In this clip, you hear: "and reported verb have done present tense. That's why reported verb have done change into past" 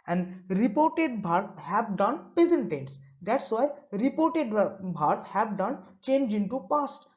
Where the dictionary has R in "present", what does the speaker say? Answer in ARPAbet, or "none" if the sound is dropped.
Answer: none